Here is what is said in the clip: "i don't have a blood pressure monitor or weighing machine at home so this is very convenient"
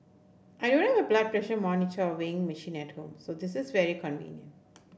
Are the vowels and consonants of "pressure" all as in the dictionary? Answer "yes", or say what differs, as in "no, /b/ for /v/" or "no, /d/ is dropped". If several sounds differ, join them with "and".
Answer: yes